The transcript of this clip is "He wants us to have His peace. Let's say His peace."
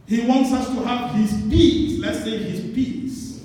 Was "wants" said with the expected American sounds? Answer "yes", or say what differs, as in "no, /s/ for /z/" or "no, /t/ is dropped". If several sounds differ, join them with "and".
yes